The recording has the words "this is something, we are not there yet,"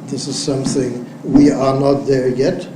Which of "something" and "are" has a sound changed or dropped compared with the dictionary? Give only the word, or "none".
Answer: none